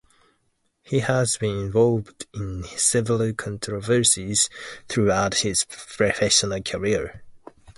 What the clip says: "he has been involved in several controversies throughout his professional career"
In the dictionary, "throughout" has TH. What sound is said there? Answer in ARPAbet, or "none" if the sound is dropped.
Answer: TH